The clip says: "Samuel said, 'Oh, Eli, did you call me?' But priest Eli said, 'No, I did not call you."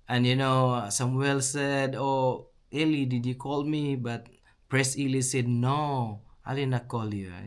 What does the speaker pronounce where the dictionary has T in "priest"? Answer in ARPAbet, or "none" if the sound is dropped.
none